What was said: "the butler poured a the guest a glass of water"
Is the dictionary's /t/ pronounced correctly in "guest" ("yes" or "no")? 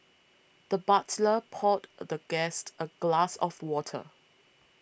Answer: yes